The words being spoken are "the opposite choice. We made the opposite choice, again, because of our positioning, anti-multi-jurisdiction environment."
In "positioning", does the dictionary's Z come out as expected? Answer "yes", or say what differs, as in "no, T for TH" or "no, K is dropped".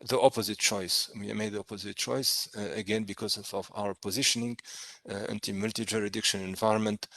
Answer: yes